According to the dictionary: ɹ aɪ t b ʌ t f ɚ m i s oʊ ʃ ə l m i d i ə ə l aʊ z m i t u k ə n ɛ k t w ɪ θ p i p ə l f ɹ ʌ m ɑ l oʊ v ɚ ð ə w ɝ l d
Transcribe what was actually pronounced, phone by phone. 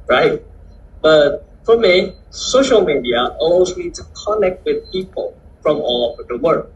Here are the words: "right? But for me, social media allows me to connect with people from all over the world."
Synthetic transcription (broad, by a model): ɹ aɪ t b ʌ t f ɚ m i s oʊ ʃ ə l m i d i ə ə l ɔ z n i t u k ə n ɛ k t w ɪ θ p i p ə l f ɹ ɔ m ɑ l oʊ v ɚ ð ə w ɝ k